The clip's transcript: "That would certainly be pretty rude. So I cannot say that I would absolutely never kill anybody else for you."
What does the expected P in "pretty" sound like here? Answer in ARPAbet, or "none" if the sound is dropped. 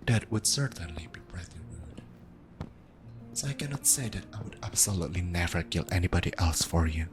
B